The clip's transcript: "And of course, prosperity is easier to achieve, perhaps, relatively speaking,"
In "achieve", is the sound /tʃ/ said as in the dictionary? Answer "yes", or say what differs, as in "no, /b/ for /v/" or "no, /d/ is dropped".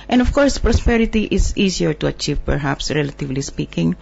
yes